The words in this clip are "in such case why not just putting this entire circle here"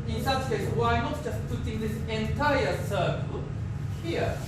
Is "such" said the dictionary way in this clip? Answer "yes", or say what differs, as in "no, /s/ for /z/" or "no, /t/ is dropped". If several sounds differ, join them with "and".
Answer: no, /s/ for /tʃ/